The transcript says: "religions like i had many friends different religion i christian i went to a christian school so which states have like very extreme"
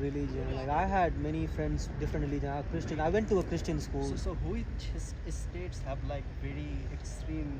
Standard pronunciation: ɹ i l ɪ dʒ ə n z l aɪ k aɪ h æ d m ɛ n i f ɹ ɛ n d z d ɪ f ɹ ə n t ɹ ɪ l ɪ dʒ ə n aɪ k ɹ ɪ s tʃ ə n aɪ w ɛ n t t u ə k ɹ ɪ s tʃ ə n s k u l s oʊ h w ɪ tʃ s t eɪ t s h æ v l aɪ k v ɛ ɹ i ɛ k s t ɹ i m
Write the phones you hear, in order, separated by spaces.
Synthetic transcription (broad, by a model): ɹ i l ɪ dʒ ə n l aɪ k aɪ h æ d m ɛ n i f ɹ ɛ n d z d ɪ f ɹ ə n t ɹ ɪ l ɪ dʒ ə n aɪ k ɹ ɪ s tʃ ə n aɪ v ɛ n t t u ə k ɹ ɪ s tʃ ə n s k u l s oʊ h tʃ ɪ s s t eɪ t s h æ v l aɪ k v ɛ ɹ i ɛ k s t ɹ i m